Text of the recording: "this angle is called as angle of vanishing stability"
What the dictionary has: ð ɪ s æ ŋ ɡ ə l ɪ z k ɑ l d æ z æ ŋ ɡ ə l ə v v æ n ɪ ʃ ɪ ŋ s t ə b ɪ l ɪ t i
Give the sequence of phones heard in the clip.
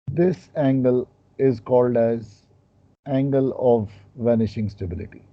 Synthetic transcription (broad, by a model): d ɪ s æ ŋ ɡ ə l ɪ z k ɑ l d æ z æ ŋ ɡ ə l ə v v æ n ɪ ʃ ɪ ŋ s t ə b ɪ l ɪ t i